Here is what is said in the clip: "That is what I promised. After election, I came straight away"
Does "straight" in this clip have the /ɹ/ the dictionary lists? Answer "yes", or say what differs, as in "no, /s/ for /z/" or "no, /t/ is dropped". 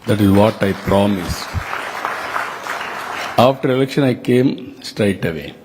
yes